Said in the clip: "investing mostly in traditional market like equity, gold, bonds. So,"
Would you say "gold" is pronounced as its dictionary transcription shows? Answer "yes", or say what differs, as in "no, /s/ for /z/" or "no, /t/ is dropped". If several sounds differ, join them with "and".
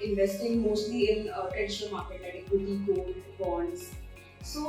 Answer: no, /l/ is dropped